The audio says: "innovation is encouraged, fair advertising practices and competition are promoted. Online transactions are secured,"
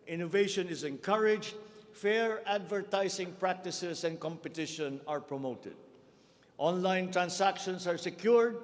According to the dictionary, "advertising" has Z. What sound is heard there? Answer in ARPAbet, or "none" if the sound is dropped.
S